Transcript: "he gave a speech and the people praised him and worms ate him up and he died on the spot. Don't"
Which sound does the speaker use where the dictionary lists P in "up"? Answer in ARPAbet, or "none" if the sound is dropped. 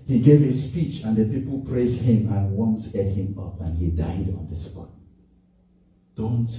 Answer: P